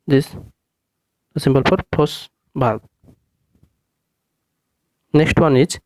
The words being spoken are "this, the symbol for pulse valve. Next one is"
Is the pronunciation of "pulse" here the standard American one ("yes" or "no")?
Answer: no